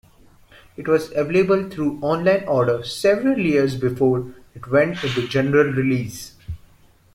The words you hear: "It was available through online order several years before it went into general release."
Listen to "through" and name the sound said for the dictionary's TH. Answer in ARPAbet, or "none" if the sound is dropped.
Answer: T